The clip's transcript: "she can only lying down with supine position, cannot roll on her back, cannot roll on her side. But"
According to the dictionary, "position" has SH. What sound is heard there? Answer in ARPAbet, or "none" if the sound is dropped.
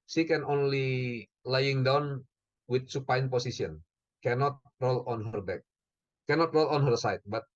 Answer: S